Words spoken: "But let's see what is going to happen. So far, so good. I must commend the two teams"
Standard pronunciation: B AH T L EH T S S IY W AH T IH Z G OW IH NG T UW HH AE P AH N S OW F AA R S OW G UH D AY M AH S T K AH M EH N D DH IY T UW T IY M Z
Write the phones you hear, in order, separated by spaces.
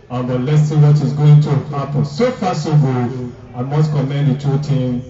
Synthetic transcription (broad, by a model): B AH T L EH T S S IY W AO T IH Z G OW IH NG T UW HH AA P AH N S OW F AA S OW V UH AY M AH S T K AH M EH N D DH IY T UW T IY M